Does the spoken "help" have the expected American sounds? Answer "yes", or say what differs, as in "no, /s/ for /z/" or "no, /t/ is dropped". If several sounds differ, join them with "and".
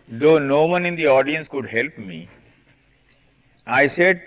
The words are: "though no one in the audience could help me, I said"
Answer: yes